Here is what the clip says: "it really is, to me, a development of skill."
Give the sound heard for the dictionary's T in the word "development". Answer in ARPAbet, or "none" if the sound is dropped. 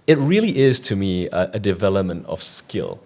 T